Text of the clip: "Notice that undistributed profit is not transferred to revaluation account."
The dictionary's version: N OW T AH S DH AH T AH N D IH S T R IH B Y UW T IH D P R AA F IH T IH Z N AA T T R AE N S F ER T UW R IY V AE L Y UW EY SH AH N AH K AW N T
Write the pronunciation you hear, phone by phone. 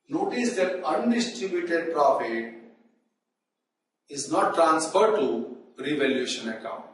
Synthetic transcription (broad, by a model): N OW T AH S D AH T AH N D IH S T R IH B Y UW T IH D P R AA F IH T IH Z N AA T T R AE N S F ER T UW R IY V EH L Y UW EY SH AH N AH K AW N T